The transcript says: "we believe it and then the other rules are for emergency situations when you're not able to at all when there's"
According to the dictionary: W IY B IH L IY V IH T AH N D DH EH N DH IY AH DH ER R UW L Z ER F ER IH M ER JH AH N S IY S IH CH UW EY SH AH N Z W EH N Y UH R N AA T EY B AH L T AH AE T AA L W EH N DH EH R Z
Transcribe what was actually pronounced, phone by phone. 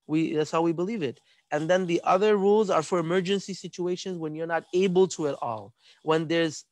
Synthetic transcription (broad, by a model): W IY B IH L IY V IH T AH N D DH EH N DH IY AH DH ER R UW L Z ER F ER IH M ER JH AH N S IY S IH CH UW EY SH AH N Z W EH N Y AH R N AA T EY B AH L T AH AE T AA L W EH N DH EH R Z